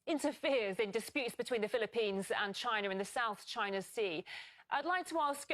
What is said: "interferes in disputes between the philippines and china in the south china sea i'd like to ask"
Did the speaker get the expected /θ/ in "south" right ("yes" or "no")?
yes